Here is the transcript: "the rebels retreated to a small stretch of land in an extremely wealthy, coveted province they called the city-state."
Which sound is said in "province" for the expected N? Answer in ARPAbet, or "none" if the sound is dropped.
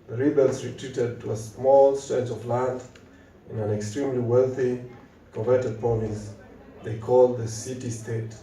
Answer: none